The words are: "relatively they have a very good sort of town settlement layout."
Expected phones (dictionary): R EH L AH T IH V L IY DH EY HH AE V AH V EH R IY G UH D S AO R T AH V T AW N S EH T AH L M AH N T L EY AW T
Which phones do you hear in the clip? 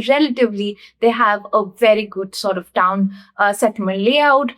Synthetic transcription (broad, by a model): R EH L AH T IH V L IY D EY HH AE V AH V EH R IY G UH D S AO R T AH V T AW N S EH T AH M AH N L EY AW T